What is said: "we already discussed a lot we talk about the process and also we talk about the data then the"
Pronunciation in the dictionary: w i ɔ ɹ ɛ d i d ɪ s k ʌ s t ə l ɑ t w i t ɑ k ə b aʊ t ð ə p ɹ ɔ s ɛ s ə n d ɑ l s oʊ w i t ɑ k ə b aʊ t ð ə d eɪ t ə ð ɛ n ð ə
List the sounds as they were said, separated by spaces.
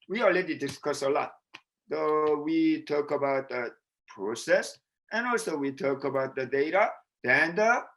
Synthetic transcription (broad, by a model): w i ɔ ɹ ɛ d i d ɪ s k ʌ s ə l ɑ t w i t ɑ k ə b aʊ t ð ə p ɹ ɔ s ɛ s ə n ɑ l s oʊ w i t ɑ k ə b aʊ t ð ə d eɪ t ə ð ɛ n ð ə